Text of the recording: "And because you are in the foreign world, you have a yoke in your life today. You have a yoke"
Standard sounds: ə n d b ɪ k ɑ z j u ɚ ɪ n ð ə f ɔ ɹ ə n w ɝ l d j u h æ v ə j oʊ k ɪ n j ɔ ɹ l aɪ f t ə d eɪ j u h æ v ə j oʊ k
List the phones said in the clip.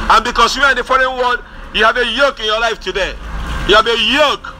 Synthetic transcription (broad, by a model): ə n b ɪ k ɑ s j u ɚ ɪ n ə f ɔ ɹ ə n w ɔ d j u h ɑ v ə j oʊ k ɪ n j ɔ l aɪ f t ə d eɪ j u h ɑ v ə j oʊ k